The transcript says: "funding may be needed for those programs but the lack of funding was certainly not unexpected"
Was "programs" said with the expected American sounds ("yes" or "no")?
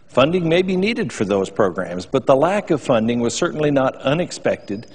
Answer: yes